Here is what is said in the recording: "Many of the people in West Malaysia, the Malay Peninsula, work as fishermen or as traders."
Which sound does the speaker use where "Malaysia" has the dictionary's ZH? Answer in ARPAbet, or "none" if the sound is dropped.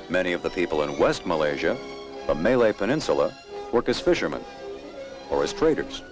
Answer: ZH